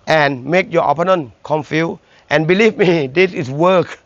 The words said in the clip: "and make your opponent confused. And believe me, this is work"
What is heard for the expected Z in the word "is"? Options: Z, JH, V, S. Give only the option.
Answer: S